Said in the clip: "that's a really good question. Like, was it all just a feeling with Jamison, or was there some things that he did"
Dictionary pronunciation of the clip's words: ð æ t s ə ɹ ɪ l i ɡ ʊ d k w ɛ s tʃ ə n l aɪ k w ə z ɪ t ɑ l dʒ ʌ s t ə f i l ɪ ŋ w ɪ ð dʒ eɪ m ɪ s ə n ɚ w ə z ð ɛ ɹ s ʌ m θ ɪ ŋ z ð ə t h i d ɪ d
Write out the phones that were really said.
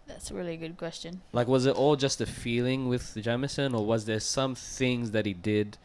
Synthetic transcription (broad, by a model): ð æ t s ə ɹ ɪ l i ɡ ʊ d k w ɛ s tʃ ə n l aɪ k w ə z ɪ t ɑ l dʒ ʌ s t ə f i l ɪ ŋ w ɪ ð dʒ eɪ m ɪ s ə n ɚ w ə z ð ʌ ɹ s ʌ m θ ɪ ŋ z ð ə t h i d ɪ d